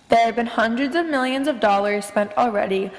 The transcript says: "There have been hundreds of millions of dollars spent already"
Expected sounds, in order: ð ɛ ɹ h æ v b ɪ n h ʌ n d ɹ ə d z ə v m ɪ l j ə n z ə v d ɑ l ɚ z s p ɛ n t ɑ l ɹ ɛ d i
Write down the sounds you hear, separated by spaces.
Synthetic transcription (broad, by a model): ð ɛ ɹ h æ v b ɪ n h ʌ n d ɹ ə d z ə v m ɪ l j ə n z ə v d ɑ l ɚ z s p ɛ n t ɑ l ɹ ɛ d i